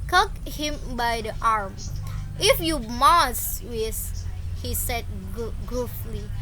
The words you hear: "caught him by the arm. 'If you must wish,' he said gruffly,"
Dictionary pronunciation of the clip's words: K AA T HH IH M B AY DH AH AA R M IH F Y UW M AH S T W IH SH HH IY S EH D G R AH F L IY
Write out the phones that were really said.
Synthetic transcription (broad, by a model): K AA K HH IH M B AY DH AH AA R M IH F Y UW M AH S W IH S HH IY S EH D G R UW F L IY